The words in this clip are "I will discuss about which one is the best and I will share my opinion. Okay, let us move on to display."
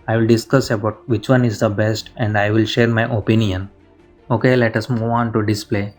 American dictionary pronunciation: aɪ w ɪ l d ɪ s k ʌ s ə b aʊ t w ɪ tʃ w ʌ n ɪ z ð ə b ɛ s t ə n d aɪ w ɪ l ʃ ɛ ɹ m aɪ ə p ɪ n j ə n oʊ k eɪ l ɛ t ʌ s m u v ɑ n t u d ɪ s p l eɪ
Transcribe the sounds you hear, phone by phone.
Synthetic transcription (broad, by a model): aɪ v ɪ l d ɪ s k ʌ s ə b aʊ t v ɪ tʃ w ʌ n ɪ z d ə b ɛ s t ə n d aɪ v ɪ l ʃ ɛ ɹ m aɪ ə p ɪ n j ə n oʊ k eɪ l ɛ t ʌ s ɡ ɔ ɑ n t u d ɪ s p l eɪ